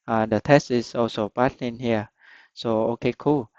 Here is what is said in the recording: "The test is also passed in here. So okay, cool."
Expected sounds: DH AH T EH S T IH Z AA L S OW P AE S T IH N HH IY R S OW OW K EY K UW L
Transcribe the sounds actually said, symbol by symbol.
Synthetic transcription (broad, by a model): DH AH T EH S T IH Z AA L S OW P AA T IH N HH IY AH S OW OW K EY K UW L